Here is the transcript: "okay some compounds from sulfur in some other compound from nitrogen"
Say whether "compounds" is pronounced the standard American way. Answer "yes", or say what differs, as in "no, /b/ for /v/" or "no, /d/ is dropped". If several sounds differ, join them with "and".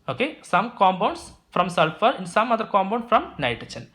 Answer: no, /b/ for /p/ and /s/ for /z/